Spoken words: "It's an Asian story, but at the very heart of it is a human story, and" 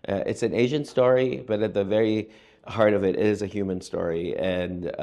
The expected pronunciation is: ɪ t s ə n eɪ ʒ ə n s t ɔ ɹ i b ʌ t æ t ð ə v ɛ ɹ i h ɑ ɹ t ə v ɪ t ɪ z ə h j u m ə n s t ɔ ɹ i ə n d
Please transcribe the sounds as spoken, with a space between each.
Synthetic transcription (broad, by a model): ɪ t s ə n eɪ ʒ ə n s t ɔ ɹ i b ʌ t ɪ t ð ə v ɛ ɹ i h ɑ ɹ t ə v ɪ t ɪ z ə h j u m ə n s t ɔ ɹ i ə n